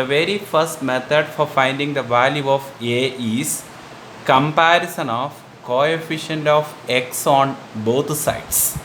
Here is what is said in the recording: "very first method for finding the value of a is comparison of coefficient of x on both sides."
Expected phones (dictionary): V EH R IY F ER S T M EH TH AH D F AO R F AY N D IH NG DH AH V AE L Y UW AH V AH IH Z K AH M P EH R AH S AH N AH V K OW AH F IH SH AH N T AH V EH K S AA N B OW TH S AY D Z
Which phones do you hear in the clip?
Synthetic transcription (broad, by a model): V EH R IY F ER S T M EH T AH D F AO R F AY N D IH NG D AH V AE L Y UW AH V AH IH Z K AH M P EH R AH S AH N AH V K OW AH F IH SH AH N T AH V EH K S AA N B OW T S AY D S